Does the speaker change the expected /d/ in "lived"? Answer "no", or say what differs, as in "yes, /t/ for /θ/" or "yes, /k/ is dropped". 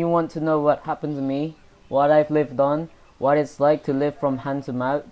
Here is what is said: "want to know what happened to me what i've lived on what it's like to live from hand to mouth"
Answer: no